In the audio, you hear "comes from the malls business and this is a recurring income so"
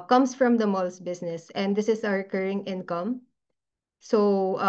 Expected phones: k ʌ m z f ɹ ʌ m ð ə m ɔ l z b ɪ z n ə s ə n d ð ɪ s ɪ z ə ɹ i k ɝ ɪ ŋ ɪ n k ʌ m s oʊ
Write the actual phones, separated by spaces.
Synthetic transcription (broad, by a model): k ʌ m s f ɹ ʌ m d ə m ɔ l s b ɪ s n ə s ə n d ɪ s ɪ s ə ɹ k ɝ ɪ ŋ ɪ n k ʌ m s oʊ